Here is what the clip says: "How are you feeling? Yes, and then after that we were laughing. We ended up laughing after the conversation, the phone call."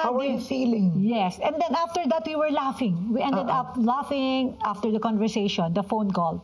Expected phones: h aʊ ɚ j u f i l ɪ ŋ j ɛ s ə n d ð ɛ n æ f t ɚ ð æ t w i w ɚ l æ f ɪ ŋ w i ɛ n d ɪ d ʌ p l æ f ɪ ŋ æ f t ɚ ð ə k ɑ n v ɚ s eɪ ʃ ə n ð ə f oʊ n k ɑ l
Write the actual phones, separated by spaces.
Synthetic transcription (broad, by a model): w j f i l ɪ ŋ j ɛ s ə n d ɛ n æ f t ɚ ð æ t w i w ɚ l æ f ɪ ŋ w i ɛ n d ɪ d ʌ p l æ f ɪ ŋ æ f t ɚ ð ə k ɑ n v ɚ s eɪ ʃ ə n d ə f oʊ n k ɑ l